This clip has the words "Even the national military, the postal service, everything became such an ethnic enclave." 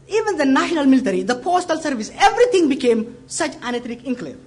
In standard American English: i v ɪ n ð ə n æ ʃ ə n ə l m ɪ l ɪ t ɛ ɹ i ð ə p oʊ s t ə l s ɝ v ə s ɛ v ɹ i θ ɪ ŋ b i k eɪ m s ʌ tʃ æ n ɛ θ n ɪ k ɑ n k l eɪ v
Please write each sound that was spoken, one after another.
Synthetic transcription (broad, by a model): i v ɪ n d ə n æ ʃ ə n ə l m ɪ l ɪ t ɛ ɹ i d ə p oʊ s t ə l s ɝ v ə s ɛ v ɹ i t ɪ ŋ b i k eɪ m s ʌ tʃ æ n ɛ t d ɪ k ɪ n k l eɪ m